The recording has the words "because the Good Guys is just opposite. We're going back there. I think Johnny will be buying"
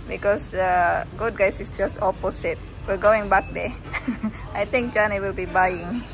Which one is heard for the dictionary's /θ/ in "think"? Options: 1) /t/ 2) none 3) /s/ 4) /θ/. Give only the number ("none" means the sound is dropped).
1